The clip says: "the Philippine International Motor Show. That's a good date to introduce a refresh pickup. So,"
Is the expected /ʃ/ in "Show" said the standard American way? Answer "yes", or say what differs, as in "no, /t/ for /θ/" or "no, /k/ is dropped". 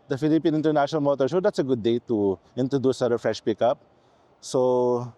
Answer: no, /s/ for /ʃ/